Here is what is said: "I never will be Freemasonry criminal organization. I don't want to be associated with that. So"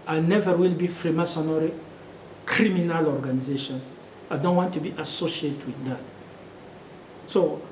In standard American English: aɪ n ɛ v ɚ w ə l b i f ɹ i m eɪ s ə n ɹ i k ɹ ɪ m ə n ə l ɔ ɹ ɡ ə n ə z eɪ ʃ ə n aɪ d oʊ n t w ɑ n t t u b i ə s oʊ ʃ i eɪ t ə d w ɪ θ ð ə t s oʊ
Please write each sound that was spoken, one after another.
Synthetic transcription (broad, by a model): aɪ n ɛ v ɚ w ə l b i f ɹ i m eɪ s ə n ɹ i k ɹ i m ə n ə l ɔ ɹ ɡ ə n ə z eɪ ʃ ə n aɪ d oʊ n t w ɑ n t t u b i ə s oʊ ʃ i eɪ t w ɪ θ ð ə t s oʊ